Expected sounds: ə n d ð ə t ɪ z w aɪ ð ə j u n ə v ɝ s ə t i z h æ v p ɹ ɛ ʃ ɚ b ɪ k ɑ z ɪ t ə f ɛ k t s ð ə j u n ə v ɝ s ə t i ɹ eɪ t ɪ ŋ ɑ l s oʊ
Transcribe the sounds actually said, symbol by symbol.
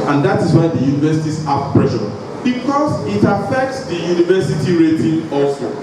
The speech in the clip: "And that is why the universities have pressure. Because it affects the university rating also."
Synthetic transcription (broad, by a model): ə n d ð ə t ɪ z w aɪ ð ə j u n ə v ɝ s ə t i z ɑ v p ɹ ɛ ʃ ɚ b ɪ k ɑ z ɪ t ə f ɛ k t s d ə j u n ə v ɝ s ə t i ɹ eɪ t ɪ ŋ ɑ l s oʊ